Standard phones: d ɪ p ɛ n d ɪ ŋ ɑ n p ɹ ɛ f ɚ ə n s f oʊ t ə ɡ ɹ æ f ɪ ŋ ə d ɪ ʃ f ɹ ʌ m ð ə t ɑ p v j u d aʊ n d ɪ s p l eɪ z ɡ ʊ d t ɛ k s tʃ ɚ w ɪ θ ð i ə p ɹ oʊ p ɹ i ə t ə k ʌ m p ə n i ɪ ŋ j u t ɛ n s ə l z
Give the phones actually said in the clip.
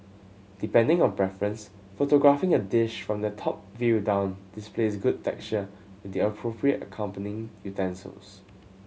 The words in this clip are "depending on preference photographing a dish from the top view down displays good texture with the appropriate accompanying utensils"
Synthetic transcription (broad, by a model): d ɪ p ɛ n d ɪ ŋ ɑ n p ɹ ɛ f ɚ ə n s f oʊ t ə ɡ ɹ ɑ f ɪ ŋ ə d ɪ ʃ f ɹ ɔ m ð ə t ɑ p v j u d aʊ n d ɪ s p l eɪ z ɡ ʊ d t ɛ k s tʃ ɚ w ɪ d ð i ə p ɹ oʊ p ɹ i ə t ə k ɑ m p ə n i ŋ j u t ɛ n s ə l s